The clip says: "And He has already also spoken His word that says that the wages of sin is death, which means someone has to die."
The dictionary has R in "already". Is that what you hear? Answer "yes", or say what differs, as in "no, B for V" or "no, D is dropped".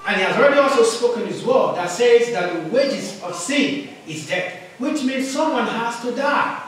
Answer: yes